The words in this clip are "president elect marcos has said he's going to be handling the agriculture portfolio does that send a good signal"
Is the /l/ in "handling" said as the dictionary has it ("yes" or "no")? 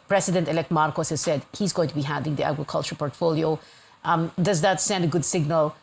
no